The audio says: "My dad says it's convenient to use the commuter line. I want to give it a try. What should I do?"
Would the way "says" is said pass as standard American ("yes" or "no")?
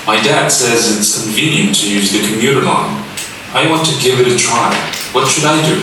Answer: yes